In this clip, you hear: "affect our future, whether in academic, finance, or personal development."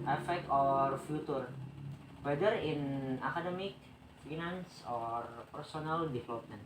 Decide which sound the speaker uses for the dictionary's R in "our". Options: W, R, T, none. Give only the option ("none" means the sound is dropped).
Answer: R